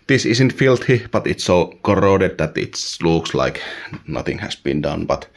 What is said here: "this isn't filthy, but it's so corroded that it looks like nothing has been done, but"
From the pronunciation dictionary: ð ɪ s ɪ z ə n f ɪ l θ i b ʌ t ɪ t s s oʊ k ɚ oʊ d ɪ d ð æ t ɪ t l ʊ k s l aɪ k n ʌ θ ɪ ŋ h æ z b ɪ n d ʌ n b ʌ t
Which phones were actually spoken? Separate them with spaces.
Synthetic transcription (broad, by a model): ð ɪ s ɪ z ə n f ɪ l t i b ʌ t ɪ t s s oʊ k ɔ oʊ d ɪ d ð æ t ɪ t l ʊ k s l aɪ k n ʌ θ ɪ ŋ h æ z b ɪ n d ʌ n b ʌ t